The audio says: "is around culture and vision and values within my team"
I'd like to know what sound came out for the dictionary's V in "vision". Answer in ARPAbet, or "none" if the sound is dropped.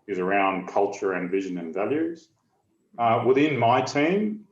V